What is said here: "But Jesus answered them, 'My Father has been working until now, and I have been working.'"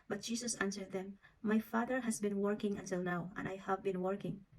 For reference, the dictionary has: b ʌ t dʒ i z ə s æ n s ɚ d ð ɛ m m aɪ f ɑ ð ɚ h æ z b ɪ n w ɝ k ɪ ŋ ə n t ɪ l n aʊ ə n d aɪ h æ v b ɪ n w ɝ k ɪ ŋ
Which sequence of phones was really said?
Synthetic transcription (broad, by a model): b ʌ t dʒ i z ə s æ n s ɚ d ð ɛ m m aɪ f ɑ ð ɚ h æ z b ɪ n w ɝ k ɪ ŋ ə n t ɪ l n aʊ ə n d aɪ h æ v b ɪ n w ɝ k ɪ ŋ